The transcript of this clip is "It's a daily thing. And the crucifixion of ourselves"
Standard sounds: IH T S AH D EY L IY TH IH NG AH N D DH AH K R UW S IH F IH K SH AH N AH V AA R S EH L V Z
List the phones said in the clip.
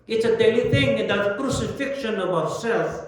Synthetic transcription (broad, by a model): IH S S AH D EY L IY T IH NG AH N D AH K R UW S IH F IH K SH AH N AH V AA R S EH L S